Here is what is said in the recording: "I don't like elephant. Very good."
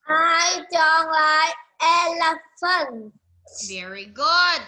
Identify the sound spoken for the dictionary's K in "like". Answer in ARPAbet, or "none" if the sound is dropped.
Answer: none